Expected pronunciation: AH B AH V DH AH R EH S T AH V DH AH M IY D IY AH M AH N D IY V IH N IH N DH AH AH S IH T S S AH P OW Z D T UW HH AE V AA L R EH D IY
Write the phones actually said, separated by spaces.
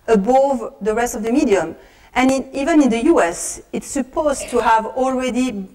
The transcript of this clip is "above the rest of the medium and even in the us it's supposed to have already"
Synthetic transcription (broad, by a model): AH B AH V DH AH R EH S T AH V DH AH M IY D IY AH M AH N IY V IH N IH N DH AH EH S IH T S S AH P OW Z T UW HH AE V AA L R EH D IY